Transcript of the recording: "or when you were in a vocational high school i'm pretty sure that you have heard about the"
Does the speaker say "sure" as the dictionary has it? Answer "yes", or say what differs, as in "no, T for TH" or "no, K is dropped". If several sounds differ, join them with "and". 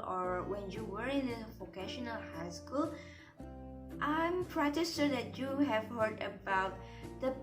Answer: no, S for SH